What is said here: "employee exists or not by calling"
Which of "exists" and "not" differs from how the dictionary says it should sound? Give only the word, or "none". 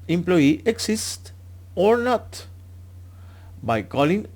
exists